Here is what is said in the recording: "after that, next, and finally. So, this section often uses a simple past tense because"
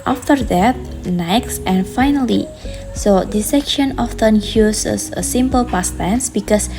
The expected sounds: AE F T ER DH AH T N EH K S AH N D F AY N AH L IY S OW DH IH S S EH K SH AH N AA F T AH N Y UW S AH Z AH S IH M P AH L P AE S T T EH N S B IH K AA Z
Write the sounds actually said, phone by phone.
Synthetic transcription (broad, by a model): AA F T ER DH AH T N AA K S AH N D F AY N AH L IY S OW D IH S S EH K SH AH N AA F T AH N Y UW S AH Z AH S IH M P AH L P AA S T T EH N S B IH K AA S